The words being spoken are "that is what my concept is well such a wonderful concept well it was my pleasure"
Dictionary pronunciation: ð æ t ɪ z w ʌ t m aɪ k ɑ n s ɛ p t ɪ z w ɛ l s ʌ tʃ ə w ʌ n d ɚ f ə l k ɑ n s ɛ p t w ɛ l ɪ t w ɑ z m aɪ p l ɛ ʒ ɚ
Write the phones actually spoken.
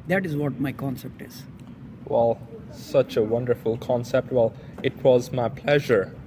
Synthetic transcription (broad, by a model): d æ t ɪ z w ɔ t m aɪ k ɑ n s ɛ p t ɪ z w ɛ l s ʌ tʃ ə w ʌ n d ɚ f ə l k ɑ n s ɛ p t w ɛ l ɪ t w ɑ z m aɪ p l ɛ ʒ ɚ